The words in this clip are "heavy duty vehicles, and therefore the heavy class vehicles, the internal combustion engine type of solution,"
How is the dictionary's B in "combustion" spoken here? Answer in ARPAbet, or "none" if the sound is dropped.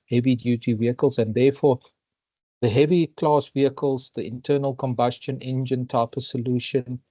B